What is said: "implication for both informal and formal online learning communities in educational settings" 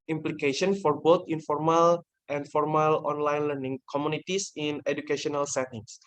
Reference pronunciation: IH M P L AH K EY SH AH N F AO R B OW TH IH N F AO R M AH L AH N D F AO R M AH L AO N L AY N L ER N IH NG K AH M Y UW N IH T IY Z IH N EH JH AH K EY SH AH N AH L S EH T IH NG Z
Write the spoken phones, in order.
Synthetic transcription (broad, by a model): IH M P L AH K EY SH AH N F AO R B OW T IH N F AO R M AH L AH N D F AO R M AH L AO N L AY N L ER N IH NG K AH M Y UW N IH T IY S IH N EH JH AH K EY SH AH N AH L S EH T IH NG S